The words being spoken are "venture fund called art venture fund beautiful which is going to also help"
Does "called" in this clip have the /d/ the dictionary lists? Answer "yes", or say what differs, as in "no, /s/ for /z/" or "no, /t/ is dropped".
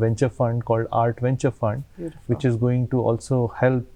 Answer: yes